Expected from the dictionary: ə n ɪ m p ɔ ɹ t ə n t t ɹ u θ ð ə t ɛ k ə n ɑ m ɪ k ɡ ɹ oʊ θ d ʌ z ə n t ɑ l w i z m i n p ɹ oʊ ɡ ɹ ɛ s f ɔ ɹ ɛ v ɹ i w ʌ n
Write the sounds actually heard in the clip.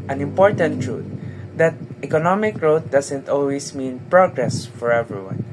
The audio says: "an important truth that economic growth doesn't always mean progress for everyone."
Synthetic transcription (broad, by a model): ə n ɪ m p ɔ ɹ t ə n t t ɹ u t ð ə t ɛ k ə n ɑ m ɪ k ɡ ɹ oʊ t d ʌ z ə n t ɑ l w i s m i n p ɹ oʊ ɡ ɹ ɛ s f ɔ ɹ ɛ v ɹ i w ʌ n